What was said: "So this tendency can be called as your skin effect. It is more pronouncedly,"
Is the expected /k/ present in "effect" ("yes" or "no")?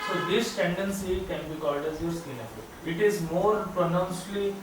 no